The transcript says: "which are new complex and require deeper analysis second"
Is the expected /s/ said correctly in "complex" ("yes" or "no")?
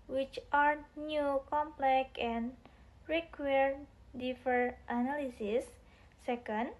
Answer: no